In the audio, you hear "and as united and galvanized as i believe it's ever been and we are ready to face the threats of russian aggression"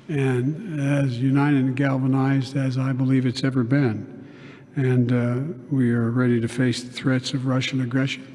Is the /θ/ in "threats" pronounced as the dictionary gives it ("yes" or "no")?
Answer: yes